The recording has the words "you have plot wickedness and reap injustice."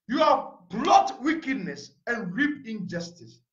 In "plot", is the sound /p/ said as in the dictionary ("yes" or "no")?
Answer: no